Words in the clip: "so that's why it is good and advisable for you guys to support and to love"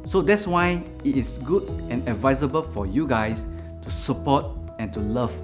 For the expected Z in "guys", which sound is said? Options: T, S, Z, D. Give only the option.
S